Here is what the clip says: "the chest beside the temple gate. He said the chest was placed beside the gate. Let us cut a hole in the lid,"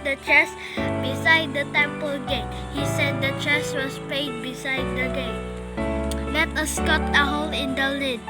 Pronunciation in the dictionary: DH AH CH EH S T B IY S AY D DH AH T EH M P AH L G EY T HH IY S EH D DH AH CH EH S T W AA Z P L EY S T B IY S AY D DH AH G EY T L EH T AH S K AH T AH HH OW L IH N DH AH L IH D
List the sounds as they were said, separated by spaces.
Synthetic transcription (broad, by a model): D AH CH EH S B IY S AY D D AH T EH M P AH L G EY T HH IY S EH D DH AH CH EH S W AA S P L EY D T B IY S AY D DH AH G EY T L EH T AH S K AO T AH HH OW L IH N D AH L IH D